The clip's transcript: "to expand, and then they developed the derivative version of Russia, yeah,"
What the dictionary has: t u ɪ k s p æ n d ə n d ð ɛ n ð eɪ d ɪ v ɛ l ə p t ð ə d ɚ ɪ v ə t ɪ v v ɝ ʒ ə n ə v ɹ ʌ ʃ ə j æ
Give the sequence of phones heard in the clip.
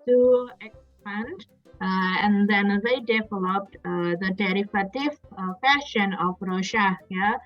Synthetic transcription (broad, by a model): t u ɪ k s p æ n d ə n d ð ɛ n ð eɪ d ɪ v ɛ l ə p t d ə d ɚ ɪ f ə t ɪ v f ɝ ʃ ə n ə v ɹ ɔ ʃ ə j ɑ